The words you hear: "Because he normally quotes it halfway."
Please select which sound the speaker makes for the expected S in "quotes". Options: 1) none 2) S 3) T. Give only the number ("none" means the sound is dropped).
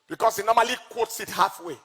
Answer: 2